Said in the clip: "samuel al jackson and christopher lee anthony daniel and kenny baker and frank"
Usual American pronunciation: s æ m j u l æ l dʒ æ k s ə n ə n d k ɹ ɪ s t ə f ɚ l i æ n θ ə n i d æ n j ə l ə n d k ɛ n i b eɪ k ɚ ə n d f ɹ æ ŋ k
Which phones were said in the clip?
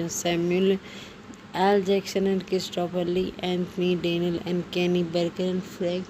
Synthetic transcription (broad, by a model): s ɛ m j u l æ l dʒ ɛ k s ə n ə n d k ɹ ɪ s t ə p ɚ l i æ n t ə n i d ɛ n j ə l ə n d k ɛ n i b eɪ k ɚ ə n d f ɹ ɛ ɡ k